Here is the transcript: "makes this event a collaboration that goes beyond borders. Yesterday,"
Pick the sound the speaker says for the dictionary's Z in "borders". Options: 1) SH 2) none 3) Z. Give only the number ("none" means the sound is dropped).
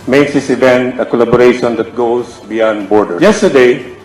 2